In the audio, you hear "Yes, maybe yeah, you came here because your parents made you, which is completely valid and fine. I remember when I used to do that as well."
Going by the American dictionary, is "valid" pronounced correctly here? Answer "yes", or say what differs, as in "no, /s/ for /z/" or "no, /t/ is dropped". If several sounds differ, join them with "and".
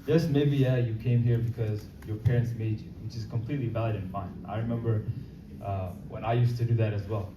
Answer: yes